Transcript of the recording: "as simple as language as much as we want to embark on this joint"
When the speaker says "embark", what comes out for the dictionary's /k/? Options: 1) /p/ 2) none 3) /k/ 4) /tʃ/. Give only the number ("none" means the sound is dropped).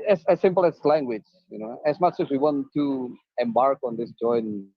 3